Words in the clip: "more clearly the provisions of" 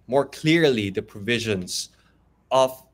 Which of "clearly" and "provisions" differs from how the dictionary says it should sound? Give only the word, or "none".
none